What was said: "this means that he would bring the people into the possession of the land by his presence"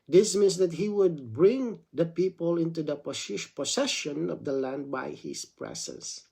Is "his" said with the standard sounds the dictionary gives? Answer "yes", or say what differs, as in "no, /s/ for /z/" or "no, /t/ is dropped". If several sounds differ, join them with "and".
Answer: no, /s/ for /z/